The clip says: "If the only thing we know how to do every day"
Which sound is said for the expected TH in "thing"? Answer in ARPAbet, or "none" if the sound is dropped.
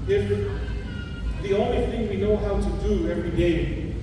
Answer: TH